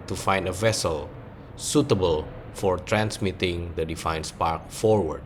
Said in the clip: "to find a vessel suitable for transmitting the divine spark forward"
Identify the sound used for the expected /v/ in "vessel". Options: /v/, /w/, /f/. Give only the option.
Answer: /v/